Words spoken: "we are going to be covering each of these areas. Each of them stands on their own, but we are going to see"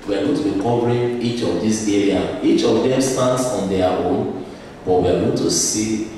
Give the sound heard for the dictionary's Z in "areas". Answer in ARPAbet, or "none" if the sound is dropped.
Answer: none